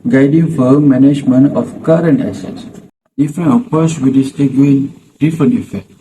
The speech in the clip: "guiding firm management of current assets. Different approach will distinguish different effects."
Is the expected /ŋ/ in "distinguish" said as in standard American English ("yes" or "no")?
no